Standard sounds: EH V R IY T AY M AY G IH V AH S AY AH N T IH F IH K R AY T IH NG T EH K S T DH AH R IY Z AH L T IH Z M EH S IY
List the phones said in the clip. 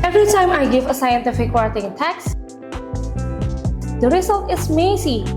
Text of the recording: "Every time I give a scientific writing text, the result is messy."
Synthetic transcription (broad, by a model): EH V R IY T AY M AY G IH V AH S AY AH N T IH F IH K W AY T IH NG T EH K S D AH R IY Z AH L T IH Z M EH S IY